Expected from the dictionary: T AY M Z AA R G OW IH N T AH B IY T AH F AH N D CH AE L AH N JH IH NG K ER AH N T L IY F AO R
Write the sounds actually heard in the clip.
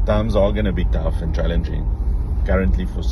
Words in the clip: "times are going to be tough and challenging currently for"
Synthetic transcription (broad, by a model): T AY M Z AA L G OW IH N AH B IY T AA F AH N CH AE L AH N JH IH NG K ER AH N T L IY F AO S